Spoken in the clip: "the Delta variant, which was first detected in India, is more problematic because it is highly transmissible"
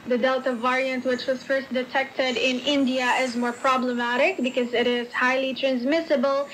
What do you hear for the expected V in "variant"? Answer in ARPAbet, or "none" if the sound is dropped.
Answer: V